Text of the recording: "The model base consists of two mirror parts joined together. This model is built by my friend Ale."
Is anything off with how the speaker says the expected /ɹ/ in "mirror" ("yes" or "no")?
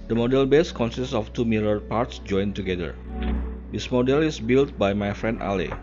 yes